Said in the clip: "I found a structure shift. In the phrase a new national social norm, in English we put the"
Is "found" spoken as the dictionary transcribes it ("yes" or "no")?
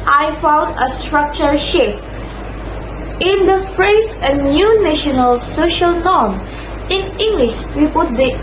yes